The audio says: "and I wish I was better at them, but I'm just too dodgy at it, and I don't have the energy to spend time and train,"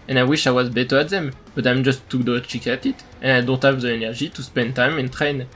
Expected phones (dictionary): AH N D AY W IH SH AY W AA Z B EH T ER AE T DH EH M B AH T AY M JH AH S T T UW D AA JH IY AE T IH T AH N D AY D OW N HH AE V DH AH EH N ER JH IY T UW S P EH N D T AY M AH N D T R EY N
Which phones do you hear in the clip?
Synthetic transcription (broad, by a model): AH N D AY W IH SH AY W AA Z B EH T ER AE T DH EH M B AH T AY M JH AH S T T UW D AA CH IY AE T IH T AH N AY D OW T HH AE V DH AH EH N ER ZH IY T UW S P EH N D T AY M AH N T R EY N